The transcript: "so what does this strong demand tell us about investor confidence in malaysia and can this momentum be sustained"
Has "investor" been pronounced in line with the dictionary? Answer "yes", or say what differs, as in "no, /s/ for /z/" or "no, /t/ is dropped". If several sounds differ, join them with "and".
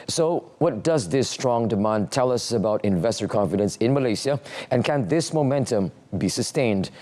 yes